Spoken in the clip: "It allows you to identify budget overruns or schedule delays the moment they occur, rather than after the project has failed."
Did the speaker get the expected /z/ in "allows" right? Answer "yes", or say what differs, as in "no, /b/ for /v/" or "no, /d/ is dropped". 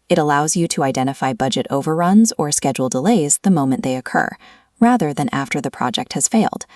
yes